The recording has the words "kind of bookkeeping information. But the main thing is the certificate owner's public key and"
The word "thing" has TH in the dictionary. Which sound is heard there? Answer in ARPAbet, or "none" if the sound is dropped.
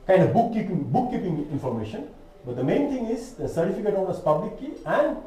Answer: T